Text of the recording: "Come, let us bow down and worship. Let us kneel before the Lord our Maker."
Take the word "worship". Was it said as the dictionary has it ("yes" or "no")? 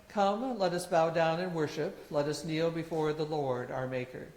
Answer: yes